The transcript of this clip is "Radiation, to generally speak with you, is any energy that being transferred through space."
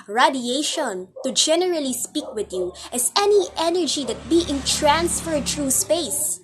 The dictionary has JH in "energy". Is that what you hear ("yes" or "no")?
yes